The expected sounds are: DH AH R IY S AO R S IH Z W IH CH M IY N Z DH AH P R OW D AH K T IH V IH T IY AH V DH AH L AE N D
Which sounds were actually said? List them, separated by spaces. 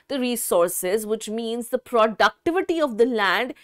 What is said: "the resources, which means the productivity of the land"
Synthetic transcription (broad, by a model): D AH R IY S AO R S IH Z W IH CH M IY N Z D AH P R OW D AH K T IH V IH T IY AH V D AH L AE N D